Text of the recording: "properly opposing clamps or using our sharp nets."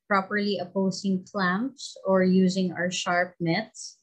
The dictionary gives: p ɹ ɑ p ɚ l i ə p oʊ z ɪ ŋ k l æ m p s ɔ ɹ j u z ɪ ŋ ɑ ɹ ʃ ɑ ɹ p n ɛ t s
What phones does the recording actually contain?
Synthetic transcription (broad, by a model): p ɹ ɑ p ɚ l i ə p oʊ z ɪ ŋ k l æ m p s ɔ ɹ j u z ɪ ŋ ɑ ɹ ʃ ɑ ɹ p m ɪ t s